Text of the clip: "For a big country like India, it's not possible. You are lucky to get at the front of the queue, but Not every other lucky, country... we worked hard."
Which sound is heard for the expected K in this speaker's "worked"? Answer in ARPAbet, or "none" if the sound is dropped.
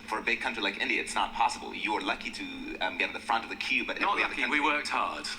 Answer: K